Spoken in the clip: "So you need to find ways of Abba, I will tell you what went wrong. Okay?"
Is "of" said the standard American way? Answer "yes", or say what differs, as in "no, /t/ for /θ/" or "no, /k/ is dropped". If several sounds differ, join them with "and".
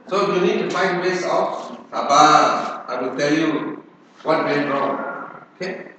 no, /f/ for /v/